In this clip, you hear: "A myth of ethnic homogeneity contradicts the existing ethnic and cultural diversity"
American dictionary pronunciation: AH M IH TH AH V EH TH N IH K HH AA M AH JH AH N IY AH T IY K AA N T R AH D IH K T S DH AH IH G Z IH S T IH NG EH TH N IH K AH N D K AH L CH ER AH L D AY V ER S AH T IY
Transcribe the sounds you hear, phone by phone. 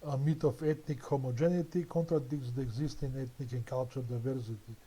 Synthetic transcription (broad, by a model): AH M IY T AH F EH T N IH K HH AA M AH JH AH N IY T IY K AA N T R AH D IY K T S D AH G Z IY S T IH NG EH T N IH K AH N K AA L CH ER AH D D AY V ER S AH T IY